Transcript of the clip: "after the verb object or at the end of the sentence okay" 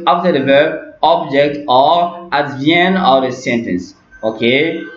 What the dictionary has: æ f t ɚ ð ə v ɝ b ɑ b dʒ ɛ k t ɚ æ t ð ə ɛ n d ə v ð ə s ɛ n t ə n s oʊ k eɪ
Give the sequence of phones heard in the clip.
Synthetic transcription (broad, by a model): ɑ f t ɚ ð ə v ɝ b ɑ b dʒ ɛ k t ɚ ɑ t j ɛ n ə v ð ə s ɛ n t ə n s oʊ k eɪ